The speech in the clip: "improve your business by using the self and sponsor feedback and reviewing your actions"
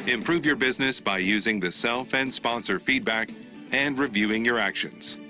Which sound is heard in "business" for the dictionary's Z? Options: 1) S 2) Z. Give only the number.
2